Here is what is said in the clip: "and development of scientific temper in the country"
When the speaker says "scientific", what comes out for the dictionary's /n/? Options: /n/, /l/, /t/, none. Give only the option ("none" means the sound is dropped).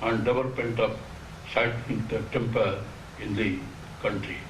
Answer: none